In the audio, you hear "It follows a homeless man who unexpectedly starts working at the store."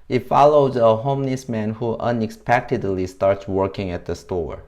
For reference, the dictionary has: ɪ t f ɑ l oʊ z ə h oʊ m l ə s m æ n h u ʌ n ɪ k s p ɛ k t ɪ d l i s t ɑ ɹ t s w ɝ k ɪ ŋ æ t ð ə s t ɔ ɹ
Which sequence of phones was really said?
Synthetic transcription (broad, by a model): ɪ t f ɑ l oʊ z ə h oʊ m n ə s m æ n h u ʌ n ɪ k s p ɛ k t ɪ d l i s t ɑ ɹ t s w ɝ k ɪ ŋ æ t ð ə s t ɔ ɹ